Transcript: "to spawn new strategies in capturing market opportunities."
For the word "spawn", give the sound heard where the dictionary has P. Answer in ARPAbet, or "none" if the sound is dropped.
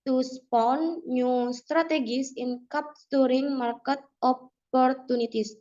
P